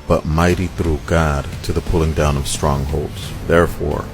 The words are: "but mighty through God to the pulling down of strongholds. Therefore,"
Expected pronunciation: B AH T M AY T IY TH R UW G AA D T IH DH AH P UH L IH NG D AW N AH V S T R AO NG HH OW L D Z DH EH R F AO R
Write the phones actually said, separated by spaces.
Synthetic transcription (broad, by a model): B AH T M AY T IY TH R UW G AA D T IH DH AH P UH L IH NG D AW N AH V S T R AO NG HH OW L D Z DH EH R F AO R